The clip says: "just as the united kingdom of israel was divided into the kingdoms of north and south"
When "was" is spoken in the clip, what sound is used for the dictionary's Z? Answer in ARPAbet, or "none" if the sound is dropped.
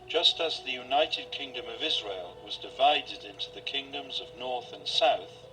Z